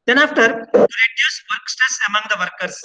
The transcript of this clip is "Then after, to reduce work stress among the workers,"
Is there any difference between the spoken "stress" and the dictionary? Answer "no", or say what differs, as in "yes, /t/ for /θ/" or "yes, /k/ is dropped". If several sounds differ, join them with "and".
yes, /ɹ/ is dropped